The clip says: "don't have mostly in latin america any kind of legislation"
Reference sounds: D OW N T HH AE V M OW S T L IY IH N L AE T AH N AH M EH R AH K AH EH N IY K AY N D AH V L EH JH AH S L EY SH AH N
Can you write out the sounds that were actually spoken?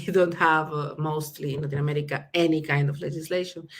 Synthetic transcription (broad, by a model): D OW N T HH AE V M OW S T L IY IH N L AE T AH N AH M EH R AH K AH EH N IY K AY N D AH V L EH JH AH S L EY SH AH N